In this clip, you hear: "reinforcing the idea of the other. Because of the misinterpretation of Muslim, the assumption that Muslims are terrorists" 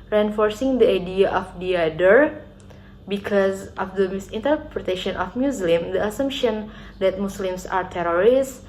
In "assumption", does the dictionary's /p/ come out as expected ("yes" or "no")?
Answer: yes